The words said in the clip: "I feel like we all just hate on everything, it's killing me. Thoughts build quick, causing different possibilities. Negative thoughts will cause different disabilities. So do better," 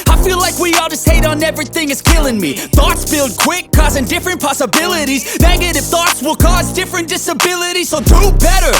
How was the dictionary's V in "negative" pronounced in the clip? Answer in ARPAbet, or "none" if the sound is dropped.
F